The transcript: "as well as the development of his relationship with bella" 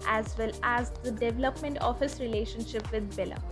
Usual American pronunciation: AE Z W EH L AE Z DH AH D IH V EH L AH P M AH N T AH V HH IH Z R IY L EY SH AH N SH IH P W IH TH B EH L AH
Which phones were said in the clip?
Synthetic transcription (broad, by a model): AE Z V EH L AE Z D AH D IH V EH L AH P M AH N T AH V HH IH S R IY L EY SH AH N SH IH P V IH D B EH L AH